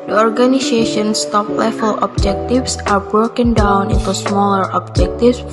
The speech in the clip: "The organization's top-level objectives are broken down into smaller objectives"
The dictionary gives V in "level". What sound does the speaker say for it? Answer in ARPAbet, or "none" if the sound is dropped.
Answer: F